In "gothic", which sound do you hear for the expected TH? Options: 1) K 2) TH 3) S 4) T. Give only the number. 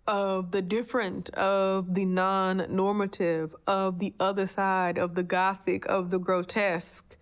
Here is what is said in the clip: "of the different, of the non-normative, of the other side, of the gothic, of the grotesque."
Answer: 2